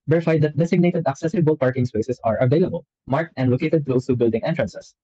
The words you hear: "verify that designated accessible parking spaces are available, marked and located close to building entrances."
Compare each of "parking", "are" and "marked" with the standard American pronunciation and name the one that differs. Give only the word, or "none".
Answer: none